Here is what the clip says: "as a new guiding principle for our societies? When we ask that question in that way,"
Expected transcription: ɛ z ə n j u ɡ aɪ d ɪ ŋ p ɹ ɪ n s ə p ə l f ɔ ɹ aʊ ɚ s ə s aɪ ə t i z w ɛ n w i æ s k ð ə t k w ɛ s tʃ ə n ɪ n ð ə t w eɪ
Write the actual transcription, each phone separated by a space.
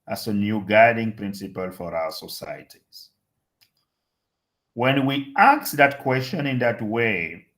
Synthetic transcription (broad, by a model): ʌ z ə n j u ɡ aɪ d ɪ ŋ p ɹ ɪ n s ə p ə l f ɔ ɹ aʊ ɚ s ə s aɪ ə t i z w ɛ n w i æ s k ð ə t k w ɛ s tʃ ə n ɪ n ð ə t w eɪ